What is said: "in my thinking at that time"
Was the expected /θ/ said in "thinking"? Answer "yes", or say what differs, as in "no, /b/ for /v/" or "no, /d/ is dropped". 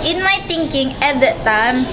no, /t/ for /θ/